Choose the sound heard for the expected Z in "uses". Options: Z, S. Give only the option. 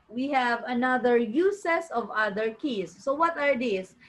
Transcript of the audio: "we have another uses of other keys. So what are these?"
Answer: S